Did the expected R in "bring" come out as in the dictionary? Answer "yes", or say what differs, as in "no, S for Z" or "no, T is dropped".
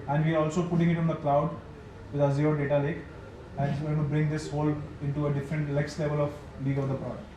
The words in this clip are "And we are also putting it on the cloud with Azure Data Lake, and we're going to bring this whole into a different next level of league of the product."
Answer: yes